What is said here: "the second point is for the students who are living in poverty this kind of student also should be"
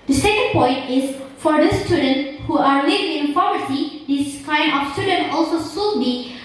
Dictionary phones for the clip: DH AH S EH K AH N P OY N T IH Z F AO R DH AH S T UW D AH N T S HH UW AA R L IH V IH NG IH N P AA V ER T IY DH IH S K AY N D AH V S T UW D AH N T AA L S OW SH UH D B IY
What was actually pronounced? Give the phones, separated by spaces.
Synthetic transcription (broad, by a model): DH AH S EH K AH N P OY N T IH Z F AO R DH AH S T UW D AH N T HH UW AA R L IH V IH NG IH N F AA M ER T IY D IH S K AY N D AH F S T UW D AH N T AA L S OW S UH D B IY